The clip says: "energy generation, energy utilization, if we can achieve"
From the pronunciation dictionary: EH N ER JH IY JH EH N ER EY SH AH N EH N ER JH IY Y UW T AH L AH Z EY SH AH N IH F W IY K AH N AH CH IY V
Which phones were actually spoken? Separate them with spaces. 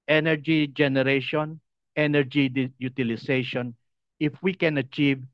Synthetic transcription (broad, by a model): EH N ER JH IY JH EH N ER EY SH AH N EH N ER JH IY Y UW T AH L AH S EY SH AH N IH F W IY K AH N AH CH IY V